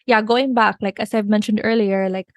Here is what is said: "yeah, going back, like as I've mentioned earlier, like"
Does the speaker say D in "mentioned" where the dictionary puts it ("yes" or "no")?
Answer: yes